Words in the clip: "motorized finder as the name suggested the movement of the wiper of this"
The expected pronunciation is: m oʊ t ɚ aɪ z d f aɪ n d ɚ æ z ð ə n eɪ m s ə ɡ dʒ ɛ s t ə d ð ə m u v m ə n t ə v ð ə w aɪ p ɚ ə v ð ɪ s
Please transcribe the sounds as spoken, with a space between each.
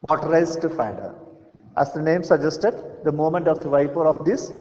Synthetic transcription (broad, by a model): m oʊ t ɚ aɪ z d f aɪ d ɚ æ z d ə n eɪ m s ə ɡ dʒ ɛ s t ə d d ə m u m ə n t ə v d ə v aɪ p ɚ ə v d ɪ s